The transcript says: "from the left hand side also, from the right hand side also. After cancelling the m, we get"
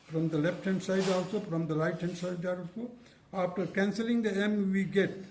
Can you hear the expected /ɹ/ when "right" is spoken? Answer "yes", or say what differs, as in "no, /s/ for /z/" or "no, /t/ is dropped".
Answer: no, /l/ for /ɹ/